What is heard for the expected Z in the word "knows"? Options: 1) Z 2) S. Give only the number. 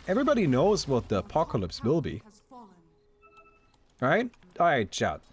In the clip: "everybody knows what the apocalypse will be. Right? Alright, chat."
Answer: 1